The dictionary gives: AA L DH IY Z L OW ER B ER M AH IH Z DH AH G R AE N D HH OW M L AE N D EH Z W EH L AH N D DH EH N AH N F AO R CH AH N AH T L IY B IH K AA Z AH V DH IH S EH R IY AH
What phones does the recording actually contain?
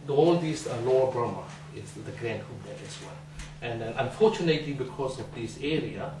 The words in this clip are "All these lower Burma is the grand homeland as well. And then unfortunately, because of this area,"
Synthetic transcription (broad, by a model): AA L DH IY S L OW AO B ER M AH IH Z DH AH G R AE N D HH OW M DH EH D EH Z W EH L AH N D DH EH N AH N F AO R CH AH N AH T L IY B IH K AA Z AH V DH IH S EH R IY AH